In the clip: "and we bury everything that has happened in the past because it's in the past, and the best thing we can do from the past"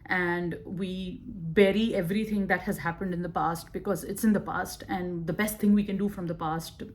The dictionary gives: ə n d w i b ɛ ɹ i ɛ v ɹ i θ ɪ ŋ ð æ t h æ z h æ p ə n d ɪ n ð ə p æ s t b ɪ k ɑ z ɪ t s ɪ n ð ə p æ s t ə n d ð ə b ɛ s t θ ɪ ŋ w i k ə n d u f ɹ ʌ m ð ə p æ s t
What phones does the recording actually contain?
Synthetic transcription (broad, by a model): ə n d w i b ɛ ɹ i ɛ v ɹ i t ɪ ŋ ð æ t h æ z h æ p ə n d ɪ n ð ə p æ s t b ɪ k ɑ z ɪ t s ɪ n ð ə p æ s t ə n d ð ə b ɛ s t ɪ ŋ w i k ə n d u f ɹ ʌ m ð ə p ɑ s t